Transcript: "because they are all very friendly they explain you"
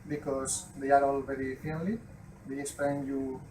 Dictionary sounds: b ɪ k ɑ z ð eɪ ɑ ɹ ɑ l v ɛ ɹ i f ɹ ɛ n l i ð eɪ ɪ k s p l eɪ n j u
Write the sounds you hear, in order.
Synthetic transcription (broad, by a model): b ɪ k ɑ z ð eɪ ɑ ɹ ɑ l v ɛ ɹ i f ɛ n l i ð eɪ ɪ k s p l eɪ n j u